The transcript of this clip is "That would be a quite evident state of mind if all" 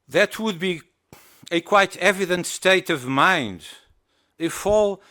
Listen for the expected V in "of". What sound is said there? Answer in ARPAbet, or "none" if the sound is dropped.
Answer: V